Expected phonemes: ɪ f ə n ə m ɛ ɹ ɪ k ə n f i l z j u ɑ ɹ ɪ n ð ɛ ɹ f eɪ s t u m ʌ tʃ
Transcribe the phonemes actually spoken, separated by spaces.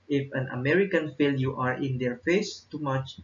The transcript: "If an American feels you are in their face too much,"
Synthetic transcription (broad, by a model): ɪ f ə n ə m ɛ ɹ ɪ k ə n f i l j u ɑ ɹ ɪ n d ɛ ɹ f eɪ s t u m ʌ tʃ